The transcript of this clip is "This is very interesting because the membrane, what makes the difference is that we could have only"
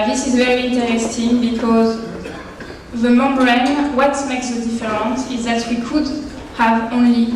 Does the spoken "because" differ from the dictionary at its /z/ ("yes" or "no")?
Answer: no